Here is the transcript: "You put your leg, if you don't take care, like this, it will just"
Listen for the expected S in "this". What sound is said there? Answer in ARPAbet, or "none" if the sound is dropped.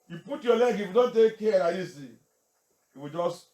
none